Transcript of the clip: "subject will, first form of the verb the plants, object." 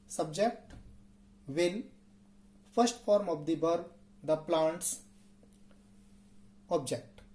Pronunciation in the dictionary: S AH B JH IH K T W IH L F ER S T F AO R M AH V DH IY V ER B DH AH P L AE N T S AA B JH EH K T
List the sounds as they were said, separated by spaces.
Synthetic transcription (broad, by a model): S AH B JH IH K T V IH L F ER S T F AO R M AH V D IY B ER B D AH P L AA N T S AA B JH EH K T